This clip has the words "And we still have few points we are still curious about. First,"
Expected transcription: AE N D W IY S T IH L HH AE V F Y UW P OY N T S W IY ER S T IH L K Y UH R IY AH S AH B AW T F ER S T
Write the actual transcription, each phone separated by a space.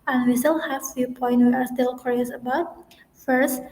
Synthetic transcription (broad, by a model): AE N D W IY S T IH L HH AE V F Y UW P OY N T W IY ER S T IH L K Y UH R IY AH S AH B AW T F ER S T